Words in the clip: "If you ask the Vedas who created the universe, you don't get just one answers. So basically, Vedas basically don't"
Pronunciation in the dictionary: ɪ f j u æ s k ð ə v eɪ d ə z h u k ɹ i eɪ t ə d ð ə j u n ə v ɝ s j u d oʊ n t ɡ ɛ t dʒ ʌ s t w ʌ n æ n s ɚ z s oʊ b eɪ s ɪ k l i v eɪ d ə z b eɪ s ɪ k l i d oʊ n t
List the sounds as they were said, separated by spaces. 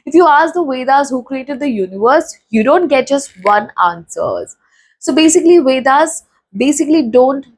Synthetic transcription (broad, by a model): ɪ f j u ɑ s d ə v eɪ d ə z h u k ɹ i eɪ t ə d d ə j u n ə v ɝ s j u d oʊ n t ɡ ɛ t dʒ ʌ s t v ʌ n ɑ n s ɚ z s oʊ b eɪ s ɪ k l i v eɪ d ə z b eɪ s ɪ k l i d oʊ n t